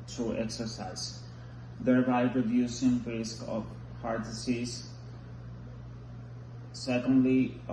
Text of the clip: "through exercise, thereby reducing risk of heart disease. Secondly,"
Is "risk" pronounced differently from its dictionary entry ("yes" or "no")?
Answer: no